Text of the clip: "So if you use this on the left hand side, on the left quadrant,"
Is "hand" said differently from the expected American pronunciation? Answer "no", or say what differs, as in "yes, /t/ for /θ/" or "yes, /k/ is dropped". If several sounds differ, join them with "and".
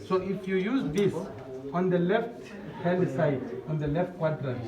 yes, /l/ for /n/